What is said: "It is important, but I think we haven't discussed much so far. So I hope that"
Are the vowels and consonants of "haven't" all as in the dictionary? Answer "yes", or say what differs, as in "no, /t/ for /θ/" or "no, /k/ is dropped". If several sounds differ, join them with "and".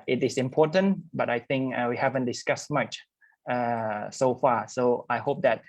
yes